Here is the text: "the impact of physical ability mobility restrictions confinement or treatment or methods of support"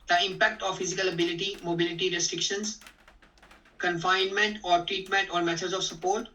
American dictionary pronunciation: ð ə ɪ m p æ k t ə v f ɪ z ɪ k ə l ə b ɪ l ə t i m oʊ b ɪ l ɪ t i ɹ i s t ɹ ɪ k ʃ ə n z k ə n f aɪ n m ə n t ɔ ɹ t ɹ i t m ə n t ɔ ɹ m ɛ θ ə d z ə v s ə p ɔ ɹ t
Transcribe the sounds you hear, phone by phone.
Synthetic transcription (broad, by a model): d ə ɪ m p æ k t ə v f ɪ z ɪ k ə l ə b ɪ l ə t i m oʊ b ɪ l ɪ t i ɹ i s t ɹ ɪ k ʃ ə n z k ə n f aɪ n m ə n t ɔ ɹ t ɹ i t m ə n t ɔ ɹ m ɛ t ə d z ə v s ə p ɔ ɹ t